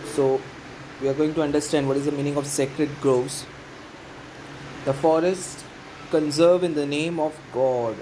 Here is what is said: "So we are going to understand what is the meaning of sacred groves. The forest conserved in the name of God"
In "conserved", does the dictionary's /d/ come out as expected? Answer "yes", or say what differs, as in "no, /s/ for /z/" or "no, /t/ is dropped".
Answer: no, /d/ is dropped